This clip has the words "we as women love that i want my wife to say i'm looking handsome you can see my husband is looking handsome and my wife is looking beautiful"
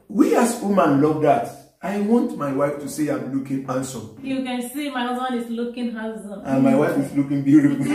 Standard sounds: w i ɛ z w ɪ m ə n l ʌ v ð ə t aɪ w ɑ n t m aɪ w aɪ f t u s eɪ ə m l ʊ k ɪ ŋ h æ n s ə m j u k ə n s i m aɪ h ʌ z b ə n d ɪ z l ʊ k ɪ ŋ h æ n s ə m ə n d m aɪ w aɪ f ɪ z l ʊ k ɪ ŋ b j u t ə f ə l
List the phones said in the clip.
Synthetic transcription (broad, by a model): w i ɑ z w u m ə n l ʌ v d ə t aɪ w ɑ n t m aɪ w aɪ f t u s eɪ ə m l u k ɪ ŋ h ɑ n s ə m j u k ə n s i m aɪ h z ə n ɪ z l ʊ k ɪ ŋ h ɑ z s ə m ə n m aɪ w aɪ f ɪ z l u k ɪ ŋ b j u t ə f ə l